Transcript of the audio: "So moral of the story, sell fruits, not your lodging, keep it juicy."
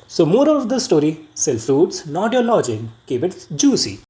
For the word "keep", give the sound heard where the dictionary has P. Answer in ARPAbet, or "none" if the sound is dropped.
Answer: B